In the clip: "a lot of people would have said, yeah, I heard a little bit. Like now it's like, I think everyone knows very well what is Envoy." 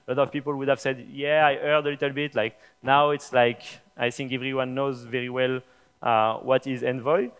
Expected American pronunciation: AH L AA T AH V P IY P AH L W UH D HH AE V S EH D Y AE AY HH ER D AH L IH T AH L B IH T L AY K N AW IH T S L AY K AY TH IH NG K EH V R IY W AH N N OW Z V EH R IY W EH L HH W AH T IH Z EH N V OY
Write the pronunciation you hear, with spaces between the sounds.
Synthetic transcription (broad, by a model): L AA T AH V P IY P AH L W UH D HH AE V S EH D Y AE AY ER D AH L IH T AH L B IH T L AY K N AW IH T S L AY K AY TH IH NG K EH V R IY W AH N N OW Z V EH R IY W EH L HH W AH T IH Z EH N V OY